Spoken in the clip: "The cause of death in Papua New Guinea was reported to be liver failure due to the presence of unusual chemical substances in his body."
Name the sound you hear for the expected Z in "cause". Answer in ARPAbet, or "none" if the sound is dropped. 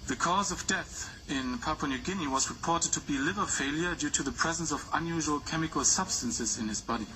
Z